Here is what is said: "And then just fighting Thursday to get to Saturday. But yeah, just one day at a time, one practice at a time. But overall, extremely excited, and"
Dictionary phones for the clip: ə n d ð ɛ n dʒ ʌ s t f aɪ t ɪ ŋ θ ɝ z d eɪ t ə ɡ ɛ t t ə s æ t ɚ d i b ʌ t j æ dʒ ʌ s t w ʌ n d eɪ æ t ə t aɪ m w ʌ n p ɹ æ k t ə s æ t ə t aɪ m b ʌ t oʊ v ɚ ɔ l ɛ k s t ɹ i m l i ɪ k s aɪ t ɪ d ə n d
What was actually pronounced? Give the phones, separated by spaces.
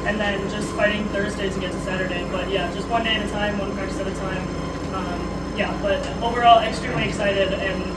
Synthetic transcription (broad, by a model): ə n ð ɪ n dʒ ʌ s t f aɪ t ɪ ŋ θ ɝ z d eɪ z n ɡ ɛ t s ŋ s æ t ɚ d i b ʌ t j æ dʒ ʌ s t w ʌ n d eɪ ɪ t ə t aɪ m w ʌ n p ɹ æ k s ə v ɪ t ə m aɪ m b ʌ t oʊ v ɚ ɔ l ɛ k s t ɹ i m l i ɪ k s aɪ t ɪ d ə n